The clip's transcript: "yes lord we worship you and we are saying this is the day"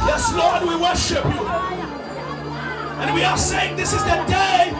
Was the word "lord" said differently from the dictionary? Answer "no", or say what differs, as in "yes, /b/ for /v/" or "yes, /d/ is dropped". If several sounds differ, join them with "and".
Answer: no